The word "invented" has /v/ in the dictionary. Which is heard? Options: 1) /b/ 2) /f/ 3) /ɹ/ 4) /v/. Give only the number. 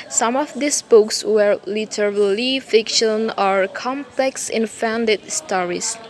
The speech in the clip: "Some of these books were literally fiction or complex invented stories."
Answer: 2